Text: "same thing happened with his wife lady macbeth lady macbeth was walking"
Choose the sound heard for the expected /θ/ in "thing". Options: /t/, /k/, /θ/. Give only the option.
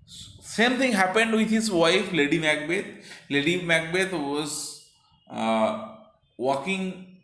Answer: /t/